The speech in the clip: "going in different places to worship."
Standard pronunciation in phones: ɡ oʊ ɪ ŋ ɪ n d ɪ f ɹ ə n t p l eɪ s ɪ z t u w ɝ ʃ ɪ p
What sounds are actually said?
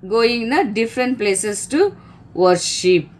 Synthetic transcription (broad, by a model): ɡ oʊ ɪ ŋ n d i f ɹ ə n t p l eɪ s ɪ s t u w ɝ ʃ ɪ p